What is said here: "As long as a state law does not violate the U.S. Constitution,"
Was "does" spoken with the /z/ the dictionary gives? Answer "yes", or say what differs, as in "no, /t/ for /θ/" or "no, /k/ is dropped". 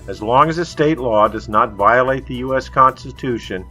yes